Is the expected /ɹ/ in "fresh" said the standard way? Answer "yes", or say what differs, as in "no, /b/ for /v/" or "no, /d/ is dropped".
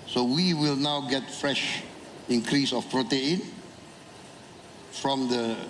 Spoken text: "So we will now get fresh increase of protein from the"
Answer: yes